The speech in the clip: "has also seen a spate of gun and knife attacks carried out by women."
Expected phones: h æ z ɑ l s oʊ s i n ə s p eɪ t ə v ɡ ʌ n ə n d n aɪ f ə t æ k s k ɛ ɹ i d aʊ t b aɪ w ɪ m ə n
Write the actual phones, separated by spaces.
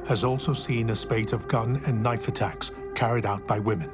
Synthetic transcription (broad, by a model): h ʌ z ɑ l s oʊ s i n ə s p eɪ t ə v ɡ ʌ n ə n n aɪ f ə t æ k s k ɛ ɹ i d aʊ t b aɪ w ɪ m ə n